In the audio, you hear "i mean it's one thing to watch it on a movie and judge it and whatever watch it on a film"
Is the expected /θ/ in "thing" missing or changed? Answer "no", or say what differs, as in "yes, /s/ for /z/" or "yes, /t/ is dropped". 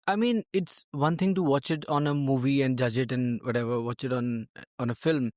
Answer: yes, /t/ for /θ/